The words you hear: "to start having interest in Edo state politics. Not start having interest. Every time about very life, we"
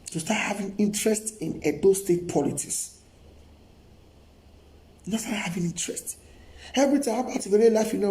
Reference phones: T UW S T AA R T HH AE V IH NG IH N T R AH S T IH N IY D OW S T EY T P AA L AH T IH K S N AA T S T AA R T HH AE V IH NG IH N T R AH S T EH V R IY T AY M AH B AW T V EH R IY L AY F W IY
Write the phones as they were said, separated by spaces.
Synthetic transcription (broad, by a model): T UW S T AA T HH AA V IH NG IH N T R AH S T IH N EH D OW S T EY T P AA L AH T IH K S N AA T S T AA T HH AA V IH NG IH N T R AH S T EH V R IY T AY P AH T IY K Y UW L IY L AY F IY